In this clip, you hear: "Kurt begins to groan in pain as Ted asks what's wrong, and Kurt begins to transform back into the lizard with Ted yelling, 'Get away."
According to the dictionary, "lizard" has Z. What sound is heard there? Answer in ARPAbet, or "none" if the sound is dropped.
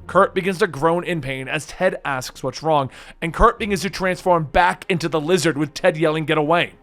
Z